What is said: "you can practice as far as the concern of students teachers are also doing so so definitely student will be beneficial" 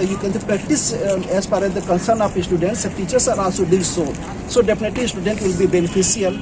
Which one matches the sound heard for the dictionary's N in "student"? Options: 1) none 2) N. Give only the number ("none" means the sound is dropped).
2